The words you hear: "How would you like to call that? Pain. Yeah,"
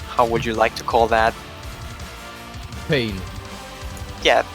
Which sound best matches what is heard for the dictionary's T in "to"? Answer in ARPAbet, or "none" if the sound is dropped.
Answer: T